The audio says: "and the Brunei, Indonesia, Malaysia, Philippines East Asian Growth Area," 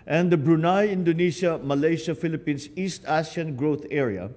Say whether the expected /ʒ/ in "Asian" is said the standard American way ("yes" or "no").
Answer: no